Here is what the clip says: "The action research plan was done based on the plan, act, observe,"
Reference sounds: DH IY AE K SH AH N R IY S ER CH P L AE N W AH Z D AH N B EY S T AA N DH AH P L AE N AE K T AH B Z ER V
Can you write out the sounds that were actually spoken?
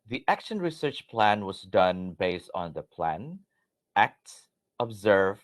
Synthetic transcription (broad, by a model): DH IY AE K SH AH N R IY S ER CH P L AE N W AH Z D AH N B EY S T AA N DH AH P L AE N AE K T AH B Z ER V